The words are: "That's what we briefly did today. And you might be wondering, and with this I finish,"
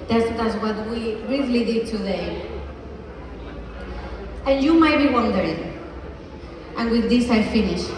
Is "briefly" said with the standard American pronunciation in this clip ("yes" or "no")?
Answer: no